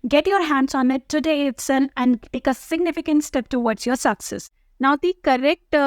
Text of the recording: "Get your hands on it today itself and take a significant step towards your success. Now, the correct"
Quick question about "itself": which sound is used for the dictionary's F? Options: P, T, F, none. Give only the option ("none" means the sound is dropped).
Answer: none